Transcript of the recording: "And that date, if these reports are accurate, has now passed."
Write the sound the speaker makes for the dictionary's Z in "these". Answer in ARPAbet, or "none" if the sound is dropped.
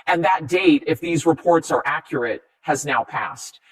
Z